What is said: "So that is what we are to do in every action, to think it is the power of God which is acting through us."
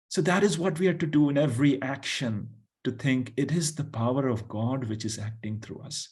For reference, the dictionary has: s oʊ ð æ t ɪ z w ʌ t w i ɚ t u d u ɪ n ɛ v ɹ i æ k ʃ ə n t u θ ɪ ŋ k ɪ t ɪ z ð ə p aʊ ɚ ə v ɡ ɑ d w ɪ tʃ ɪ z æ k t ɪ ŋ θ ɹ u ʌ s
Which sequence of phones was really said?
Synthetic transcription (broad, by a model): s oʊ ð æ t ɪ z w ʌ t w i ɚ t u d u ɪ n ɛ v ɹ i æ k ʃ ə n t u t ɪ ŋ k ɪ t ɪ z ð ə p aʊ ɚ ə v ɡ ɑ d w ɪ tʃ ɪ z æ k t ɪ ŋ t ɹ u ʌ s